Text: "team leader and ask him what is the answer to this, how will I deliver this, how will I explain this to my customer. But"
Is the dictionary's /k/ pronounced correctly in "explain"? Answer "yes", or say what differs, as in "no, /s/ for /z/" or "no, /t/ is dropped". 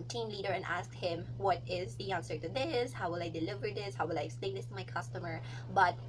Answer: no, /k/ is dropped